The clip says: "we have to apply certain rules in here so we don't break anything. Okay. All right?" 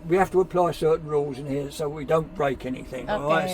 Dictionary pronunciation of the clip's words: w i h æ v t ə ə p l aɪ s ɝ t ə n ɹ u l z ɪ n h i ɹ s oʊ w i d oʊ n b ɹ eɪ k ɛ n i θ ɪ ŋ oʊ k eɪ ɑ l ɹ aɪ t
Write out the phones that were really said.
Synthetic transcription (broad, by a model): w i h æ f t ə ə p l aɪ s ɝ t n ɹ u l z ɪ n h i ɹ s oʊ w i d oʊ n b ɹ eɪ k ɛ n i θ ɪ ŋ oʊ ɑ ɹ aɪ